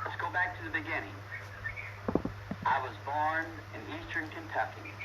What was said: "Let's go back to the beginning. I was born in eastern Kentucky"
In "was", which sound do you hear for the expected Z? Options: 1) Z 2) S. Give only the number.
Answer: 1